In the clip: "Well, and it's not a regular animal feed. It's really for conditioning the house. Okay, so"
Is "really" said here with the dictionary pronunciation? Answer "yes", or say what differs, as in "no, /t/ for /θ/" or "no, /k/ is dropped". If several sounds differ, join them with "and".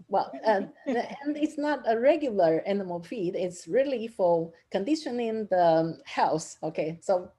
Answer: yes